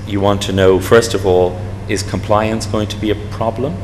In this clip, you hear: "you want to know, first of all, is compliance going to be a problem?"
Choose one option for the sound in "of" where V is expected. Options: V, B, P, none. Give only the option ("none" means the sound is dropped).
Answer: V